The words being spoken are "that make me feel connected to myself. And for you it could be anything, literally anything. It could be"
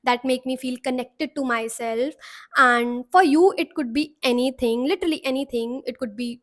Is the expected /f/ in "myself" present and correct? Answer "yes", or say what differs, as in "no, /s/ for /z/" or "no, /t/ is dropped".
yes